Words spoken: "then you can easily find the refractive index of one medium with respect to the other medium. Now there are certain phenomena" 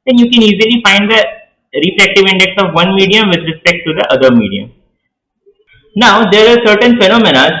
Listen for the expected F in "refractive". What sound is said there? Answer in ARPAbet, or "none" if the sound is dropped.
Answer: P